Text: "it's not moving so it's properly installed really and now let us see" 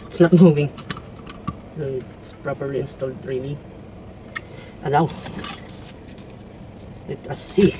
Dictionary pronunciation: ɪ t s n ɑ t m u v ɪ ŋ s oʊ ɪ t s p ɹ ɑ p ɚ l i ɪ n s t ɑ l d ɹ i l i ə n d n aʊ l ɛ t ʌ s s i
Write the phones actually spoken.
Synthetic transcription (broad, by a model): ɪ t s n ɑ t m u v ɪ ŋ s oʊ ɪ t s p ɹ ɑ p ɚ l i ɪ n s t ɑ l d ɹ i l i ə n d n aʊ w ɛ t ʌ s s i